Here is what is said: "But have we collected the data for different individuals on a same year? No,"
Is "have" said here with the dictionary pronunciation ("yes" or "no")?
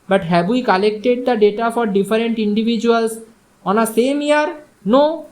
no